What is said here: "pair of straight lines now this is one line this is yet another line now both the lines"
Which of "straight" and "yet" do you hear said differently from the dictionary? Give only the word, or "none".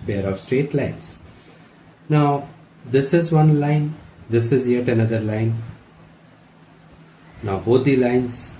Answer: none